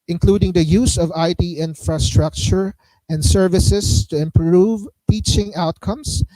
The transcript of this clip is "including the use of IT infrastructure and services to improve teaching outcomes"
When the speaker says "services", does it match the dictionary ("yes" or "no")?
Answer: no